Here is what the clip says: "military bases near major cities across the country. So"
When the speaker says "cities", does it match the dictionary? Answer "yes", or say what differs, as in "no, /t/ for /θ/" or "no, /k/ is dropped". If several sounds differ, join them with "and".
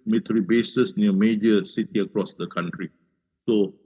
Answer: no, /z/ is dropped